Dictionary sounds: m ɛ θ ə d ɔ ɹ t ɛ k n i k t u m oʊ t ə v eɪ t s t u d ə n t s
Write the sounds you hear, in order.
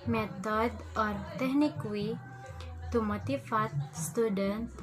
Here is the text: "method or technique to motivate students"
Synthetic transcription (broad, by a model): m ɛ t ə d ɔ ɹ t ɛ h n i k t u m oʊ t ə f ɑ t s t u d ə n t